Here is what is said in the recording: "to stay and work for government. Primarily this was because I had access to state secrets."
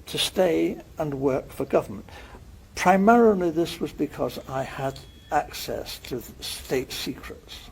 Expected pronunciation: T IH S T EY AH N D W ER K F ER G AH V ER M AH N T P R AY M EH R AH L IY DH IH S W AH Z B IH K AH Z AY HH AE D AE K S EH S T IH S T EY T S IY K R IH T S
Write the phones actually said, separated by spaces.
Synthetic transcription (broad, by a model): T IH S T EY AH N W ER K F ER G AH V ER M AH N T P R AY M EH R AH L IY DH IH S W AH Z B IH K AH Z AY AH D AE K S EH S T IH S T EY T S IY K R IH T S